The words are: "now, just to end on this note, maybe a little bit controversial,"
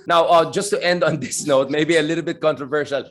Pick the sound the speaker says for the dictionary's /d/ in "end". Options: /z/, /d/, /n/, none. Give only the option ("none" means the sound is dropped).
/d/